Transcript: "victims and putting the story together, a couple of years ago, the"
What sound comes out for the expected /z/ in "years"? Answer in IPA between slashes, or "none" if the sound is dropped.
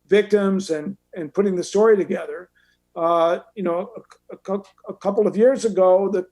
/z/